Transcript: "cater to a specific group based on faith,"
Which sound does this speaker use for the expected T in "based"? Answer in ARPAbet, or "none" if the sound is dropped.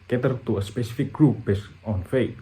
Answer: none